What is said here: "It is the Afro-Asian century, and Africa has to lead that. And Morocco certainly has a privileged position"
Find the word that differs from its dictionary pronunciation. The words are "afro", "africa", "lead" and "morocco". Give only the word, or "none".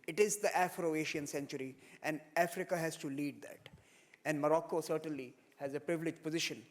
none